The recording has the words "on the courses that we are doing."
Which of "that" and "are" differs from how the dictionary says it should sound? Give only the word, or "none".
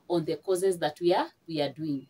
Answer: are